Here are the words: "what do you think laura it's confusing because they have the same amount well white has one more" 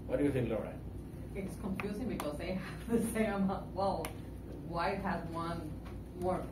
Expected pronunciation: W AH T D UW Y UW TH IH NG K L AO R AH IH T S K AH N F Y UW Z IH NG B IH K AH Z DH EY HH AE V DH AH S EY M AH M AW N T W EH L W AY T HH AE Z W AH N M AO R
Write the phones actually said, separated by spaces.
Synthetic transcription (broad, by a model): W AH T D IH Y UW TH IH NG K L AO R AH IH T S K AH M F Y UW Z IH NG B IH K AH Z DH EY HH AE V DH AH S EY AH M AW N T W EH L W AY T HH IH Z W AH N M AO R